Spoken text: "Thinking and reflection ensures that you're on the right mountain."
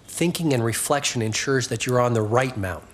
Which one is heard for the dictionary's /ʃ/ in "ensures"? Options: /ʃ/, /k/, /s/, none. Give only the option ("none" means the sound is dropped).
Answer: /ʃ/